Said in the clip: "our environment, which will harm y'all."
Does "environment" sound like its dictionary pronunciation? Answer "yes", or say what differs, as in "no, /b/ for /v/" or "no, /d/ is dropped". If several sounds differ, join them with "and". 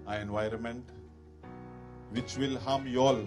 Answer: yes